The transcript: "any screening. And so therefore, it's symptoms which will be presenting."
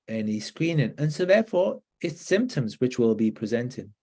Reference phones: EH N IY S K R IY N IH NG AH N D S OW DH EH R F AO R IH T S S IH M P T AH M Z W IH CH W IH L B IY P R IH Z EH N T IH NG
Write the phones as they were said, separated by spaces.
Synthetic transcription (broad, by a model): EH N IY S K R IY N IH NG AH N S OW DH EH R F AO R IH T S S IH M P T AH M Z W IH CH W IH L B IY P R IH Z EH N T IH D